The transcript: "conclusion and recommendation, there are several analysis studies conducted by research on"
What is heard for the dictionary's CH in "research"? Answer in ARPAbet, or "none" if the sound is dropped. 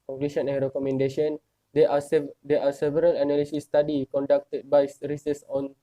S